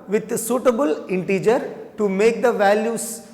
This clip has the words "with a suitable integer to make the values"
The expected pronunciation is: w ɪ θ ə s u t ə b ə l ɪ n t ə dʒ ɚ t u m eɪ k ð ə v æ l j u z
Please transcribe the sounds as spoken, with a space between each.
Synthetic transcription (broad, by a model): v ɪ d s u t ə b ə l ɪ n t ə dʒ ɚ t u m eɪ k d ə v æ l j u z